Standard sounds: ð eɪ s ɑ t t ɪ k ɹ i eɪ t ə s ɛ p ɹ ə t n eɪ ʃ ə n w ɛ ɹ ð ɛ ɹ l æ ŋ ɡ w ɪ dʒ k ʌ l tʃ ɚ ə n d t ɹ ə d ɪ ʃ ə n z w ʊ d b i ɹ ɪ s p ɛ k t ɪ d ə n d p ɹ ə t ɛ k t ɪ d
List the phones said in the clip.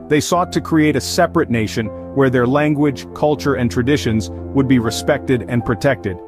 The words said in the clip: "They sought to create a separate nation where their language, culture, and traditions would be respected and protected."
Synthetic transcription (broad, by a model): ð eɪ s ɑ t t ɪ k ɹ i eɪ t ə s ɛ p ɹ ə t n eɪ ʃ ə n w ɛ ɹ ð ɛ ɹ l æ ŋ ɡ w ɪ dʒ k ʌ l tʃ ɚ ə n t ɹ ə d ɪ ʃ ə n z w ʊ d b i ɹ ɪ s p ɛ k t ɪ d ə n p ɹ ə t ɛ k t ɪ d